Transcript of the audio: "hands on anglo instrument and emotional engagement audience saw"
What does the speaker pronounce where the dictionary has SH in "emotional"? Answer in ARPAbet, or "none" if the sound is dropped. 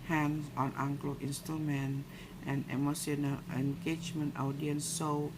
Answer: S